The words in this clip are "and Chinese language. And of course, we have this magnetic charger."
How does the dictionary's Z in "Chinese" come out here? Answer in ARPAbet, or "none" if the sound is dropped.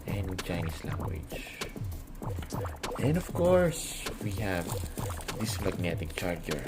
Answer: S